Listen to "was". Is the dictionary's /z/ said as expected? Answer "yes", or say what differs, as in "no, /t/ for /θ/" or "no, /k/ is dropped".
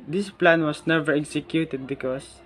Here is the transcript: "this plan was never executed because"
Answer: no, /s/ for /z/